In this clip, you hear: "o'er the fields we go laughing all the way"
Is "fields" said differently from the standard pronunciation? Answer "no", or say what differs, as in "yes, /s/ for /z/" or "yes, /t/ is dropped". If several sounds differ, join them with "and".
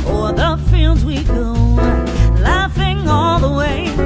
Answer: no